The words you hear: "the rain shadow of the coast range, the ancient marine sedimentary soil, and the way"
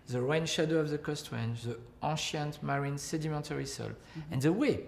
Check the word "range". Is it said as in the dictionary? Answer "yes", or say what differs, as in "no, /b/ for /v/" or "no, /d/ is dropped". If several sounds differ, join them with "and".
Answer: no, /w/ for /ɹ/